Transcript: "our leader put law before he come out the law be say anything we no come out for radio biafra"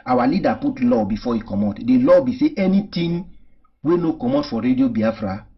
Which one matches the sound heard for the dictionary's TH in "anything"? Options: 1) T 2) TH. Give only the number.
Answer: 1